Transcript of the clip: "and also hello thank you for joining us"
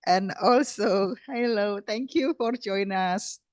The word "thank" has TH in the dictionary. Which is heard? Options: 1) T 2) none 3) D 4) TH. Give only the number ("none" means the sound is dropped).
1